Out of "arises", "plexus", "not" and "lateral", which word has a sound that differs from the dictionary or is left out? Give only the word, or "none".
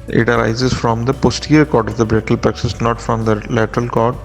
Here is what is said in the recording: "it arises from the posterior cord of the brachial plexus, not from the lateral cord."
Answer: plexus